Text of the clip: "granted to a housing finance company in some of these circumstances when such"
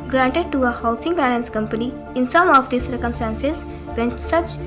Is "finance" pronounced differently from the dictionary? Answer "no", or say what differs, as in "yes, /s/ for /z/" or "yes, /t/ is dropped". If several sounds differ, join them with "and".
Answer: yes, /p/ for /f/ and /l/ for /n/